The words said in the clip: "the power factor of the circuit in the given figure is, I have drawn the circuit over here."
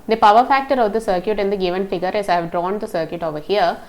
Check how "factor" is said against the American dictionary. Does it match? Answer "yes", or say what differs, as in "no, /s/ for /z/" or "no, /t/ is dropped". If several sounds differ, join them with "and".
yes